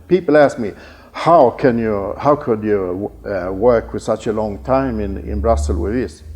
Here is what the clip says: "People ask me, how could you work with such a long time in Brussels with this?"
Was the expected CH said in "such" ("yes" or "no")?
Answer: yes